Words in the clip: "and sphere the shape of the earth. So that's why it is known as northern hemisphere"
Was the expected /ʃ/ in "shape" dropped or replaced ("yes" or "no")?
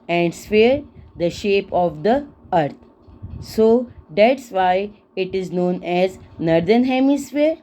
no